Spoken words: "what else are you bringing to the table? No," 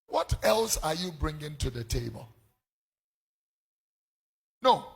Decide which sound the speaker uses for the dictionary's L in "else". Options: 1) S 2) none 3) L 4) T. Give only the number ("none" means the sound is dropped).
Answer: 3